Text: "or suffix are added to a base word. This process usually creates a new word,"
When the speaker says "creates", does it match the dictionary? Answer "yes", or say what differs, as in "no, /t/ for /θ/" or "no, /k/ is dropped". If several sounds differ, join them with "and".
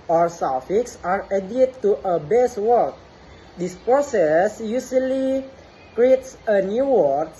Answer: yes